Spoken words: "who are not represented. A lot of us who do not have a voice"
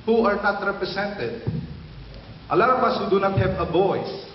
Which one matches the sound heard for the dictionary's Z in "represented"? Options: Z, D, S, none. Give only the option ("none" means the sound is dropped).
S